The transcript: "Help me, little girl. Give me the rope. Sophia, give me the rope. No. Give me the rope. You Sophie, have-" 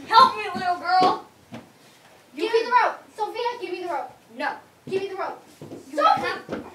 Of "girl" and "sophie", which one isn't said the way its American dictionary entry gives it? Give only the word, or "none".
sophie